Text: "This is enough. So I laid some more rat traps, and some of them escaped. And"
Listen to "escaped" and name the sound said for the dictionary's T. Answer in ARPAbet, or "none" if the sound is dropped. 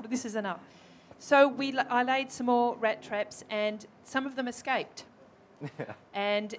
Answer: T